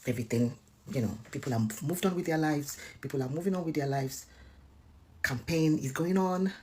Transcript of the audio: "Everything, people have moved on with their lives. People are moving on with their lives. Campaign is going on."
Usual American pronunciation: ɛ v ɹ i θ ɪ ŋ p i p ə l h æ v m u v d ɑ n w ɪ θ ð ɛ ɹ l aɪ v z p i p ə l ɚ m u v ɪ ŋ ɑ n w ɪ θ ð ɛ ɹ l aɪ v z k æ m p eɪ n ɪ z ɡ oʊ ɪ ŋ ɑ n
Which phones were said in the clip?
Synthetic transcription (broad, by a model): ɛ v ɹ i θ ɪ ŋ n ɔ p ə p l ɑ m u v d ɑ n w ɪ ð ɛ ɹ l aɪ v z p i p l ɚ m u v ɪ ŋ ɑ n w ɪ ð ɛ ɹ l aɪ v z k æ m p eɪ n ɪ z ɡ oʊ ɪ ŋ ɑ n